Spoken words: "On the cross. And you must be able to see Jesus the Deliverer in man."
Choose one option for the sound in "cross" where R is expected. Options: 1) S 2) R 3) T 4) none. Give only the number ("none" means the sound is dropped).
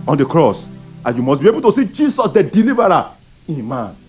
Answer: 2